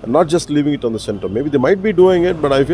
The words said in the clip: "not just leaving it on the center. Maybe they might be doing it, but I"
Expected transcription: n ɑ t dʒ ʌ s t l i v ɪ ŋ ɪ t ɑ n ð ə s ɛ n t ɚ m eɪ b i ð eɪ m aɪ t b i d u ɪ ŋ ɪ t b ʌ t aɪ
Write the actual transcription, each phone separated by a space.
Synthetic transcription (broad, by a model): n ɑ t dʒ ʌ s t l i v ɪ ŋ ɪ t ɑ n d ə s ɛ n t ɚ m eɪ b i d eɪ m aɪ t b i d u ɪ ŋ ɪ t b ʌ t aɪ